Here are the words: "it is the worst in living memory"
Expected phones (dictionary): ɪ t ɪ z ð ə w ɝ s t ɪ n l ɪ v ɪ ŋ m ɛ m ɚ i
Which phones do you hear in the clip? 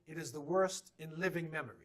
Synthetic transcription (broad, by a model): ɪ t ɪ z ð ə w ɝ s t ɪ n l ɪ v ɪ ŋ m ɛ m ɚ i